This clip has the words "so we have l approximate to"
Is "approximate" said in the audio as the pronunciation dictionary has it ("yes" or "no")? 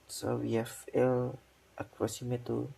no